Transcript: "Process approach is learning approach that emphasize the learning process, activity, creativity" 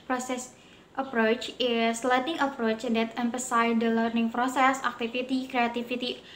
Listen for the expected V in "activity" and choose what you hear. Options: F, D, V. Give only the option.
F